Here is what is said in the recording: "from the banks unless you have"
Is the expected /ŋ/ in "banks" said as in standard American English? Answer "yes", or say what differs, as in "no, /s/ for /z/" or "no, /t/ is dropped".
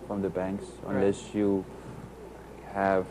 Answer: yes